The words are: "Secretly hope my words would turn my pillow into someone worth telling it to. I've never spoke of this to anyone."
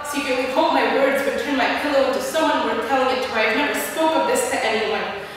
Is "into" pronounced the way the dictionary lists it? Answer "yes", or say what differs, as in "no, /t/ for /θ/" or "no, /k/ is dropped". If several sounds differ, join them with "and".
yes